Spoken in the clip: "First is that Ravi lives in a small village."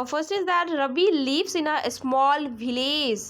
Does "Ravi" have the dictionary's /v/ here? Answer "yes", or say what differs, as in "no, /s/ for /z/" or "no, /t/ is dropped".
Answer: no, /b/ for /v/